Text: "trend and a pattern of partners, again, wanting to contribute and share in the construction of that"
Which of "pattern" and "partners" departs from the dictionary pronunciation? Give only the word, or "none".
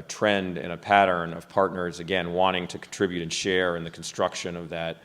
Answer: none